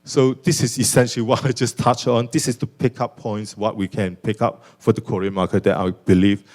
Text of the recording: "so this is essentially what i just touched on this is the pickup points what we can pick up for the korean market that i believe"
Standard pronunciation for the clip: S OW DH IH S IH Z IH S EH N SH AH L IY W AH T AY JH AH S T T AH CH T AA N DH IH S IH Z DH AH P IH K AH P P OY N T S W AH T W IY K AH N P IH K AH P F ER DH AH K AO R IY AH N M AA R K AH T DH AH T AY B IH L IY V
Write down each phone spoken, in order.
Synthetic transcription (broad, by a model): S OW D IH S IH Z IH S EH N SH AH L IY W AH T AY JH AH S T T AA CH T AA N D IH S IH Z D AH P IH K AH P P OY N T S W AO T W IY K AH N P IH K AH P F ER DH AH K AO R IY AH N M AA K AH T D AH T AY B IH L IY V